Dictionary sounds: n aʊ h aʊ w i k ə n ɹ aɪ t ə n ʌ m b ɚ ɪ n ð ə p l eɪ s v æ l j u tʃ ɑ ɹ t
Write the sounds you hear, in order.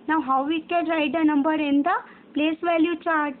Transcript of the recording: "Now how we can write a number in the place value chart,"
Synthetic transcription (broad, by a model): n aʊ h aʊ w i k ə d ɹ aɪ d ə n ʌ m b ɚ ɪ n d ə p l eɪ s v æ l j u tʃ ɑ ɹ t